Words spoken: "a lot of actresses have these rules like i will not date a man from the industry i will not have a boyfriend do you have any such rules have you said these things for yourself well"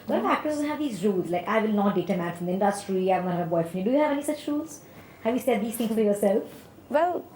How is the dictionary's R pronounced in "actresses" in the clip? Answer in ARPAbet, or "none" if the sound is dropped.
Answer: none